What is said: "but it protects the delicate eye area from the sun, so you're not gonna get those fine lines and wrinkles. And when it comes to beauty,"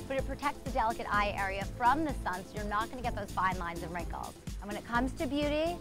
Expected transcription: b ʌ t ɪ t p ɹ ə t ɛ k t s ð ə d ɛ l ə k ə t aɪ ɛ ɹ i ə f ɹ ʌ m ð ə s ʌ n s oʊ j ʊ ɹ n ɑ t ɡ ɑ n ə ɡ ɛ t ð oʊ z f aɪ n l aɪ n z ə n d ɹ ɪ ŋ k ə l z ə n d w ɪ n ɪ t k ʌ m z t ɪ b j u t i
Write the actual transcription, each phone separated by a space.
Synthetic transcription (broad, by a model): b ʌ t ɪ t p ɹ ə t ɛ k t s ð ə d ɛ l ə k ə t aɪ ɛ ɹ i ə f ɹ ʌ m ð ə s ʌ n s oʊ j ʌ ɹ n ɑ t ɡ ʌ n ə ɡ ɛ t ð oʊ z f aɪ n l aɪ n z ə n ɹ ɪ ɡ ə l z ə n w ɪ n ɪ t k ʌ m z t ɪ b j u t i